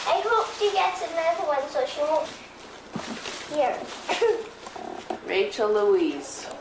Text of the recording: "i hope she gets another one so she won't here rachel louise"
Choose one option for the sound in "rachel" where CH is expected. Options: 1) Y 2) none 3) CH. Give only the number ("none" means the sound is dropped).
3